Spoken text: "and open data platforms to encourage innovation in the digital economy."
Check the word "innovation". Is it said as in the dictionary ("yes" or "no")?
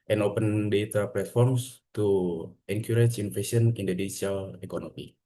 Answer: no